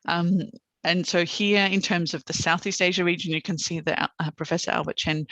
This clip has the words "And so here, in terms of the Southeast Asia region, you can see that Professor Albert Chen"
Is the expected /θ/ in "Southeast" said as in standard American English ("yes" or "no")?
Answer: yes